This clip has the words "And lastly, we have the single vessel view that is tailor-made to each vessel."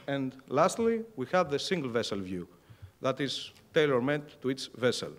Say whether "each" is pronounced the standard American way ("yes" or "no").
no